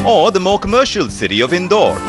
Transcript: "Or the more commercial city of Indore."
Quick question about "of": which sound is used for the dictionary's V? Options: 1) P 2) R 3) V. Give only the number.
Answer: 3